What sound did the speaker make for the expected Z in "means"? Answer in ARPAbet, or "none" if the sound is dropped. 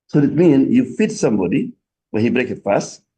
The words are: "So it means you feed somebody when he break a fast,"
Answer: none